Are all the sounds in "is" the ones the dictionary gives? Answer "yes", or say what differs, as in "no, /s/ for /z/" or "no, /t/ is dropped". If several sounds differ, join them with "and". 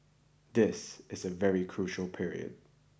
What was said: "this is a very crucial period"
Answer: yes